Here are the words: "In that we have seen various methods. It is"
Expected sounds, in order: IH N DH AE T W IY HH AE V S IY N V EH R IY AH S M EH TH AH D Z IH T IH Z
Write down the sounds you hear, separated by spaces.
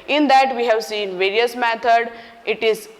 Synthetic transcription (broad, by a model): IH N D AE T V IY HH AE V S IY N V EH R IY AH S M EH T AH D IH T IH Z